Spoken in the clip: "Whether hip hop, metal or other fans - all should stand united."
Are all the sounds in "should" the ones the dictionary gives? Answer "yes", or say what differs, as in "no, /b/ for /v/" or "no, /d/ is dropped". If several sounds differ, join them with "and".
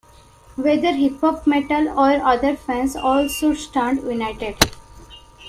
no, /s/ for /ʃ/